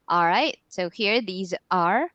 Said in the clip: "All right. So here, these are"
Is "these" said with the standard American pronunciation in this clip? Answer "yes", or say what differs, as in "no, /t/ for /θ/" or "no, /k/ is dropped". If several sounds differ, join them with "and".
yes